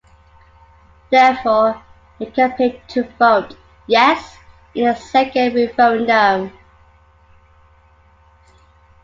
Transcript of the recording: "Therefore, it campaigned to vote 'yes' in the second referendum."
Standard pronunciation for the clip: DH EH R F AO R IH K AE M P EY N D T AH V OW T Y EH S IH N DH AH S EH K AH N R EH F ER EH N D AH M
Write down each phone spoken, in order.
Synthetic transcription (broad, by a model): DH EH F AO IH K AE P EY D T AH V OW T Y EH S IH N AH S EH K AH N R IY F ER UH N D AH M